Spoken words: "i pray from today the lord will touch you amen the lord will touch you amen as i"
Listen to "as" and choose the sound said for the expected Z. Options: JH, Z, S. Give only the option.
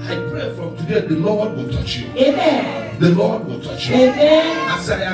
S